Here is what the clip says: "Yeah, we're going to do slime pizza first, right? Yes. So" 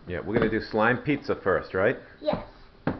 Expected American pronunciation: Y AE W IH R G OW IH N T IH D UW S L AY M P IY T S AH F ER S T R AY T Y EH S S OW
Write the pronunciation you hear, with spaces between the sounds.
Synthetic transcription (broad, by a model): Y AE W IH R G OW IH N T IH D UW S L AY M P IY T S AH F ER S T R AY T Y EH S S